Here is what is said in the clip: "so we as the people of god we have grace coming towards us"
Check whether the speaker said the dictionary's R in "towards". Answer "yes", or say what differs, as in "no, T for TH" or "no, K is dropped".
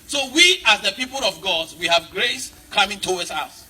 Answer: no, W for R